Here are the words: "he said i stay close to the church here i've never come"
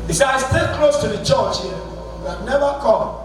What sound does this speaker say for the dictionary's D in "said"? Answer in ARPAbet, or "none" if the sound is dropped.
none